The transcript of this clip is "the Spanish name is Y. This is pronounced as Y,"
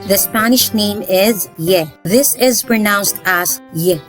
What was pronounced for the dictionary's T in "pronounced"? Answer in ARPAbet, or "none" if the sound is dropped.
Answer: T